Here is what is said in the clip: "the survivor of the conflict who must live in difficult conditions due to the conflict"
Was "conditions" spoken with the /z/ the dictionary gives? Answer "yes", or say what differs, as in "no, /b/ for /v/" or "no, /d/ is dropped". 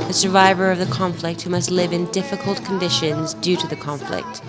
yes